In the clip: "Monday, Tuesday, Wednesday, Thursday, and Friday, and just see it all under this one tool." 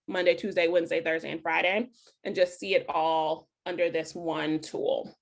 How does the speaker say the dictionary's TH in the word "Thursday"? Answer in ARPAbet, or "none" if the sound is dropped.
TH